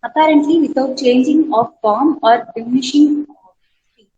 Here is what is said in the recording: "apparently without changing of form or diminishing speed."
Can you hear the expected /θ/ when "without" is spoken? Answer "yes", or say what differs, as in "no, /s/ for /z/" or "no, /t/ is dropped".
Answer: no, /t/ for /θ/